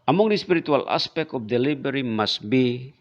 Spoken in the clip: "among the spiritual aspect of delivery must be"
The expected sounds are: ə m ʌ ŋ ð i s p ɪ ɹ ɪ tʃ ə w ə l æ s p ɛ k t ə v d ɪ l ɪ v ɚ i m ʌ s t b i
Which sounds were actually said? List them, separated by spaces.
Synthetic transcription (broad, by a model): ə m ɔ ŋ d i s p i ɹ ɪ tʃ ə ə l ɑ s p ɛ k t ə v d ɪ l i b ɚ i m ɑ s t b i